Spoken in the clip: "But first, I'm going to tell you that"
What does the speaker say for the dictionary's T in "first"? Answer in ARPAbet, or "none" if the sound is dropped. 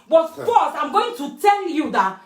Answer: none